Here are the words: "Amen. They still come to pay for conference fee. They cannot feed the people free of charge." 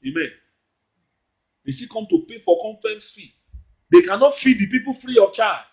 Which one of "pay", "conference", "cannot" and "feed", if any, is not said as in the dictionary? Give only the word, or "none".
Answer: conference